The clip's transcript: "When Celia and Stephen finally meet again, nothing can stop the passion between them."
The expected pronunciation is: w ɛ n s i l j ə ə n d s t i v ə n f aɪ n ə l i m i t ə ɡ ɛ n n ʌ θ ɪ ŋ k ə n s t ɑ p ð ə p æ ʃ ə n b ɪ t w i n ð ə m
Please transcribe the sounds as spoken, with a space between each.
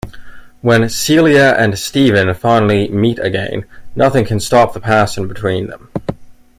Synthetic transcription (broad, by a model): w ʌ n s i l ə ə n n s t i v ə n f aɪ n l i m i t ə ɡ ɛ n n ʌ θ ɪ ŋ k ə n s t ɑ p ð ə p æ s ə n b ɪ t w i n ð ə m